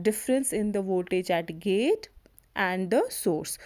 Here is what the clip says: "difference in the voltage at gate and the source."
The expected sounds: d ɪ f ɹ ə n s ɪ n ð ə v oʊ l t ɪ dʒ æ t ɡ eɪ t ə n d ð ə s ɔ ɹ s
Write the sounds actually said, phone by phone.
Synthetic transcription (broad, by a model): d ɪ f ɹ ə n s ɪ n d ə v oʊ t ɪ dʒ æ t ɡ eɪ t ə n d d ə s ɔ ɹ s